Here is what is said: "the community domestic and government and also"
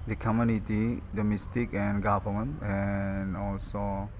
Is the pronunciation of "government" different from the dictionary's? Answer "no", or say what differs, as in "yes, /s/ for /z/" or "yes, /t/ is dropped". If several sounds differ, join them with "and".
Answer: yes, /p/ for /v/